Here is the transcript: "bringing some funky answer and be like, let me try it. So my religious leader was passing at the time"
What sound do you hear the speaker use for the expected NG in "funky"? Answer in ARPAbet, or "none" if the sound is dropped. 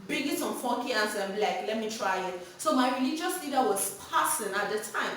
none